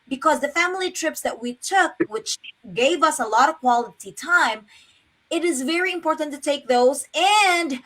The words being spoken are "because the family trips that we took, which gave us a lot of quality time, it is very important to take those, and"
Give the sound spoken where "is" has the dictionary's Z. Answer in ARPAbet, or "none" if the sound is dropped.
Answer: Z